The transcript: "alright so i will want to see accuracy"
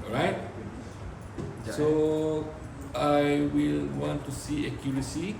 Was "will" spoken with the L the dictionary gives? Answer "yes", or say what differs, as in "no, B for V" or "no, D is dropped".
yes